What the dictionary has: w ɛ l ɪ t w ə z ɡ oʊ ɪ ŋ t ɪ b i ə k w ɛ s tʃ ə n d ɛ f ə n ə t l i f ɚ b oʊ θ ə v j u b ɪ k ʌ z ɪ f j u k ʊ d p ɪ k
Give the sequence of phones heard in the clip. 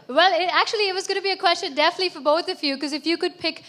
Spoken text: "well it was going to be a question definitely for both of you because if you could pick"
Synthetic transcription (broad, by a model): w ɛ l ɪ t w ə z ɡ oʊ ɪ t ɪ b i ə k w ɛ s tʃ ə n d ɛ f ə n ə t l i f ɚ b oʊ θ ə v j u k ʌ z ɪ f j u k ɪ d p ɪ k